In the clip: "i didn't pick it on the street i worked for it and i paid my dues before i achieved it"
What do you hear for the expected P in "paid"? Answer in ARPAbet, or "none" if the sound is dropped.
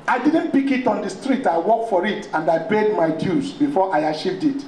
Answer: B